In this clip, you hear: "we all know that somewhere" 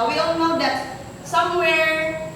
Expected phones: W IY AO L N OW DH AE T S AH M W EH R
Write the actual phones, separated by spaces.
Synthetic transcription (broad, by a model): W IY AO N N OW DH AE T S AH M W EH R